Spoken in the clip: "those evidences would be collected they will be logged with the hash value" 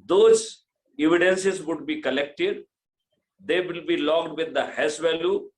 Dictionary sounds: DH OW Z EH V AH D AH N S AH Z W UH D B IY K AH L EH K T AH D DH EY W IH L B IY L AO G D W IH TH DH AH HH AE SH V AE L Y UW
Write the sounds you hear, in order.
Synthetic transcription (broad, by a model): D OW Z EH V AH D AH N S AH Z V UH D B IY K AH L EH K T AH D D EY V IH L B IY L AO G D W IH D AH HH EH S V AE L Y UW